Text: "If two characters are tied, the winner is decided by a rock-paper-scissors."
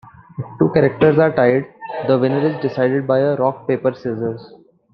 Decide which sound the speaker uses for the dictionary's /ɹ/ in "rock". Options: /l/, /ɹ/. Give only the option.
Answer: /ɹ/